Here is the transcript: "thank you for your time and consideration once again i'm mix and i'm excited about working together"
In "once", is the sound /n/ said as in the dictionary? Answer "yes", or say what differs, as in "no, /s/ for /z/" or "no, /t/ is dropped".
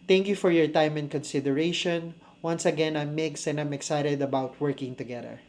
yes